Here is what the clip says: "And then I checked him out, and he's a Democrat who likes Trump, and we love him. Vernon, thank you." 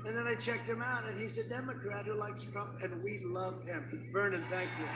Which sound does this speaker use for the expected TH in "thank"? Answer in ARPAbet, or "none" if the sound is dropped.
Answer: TH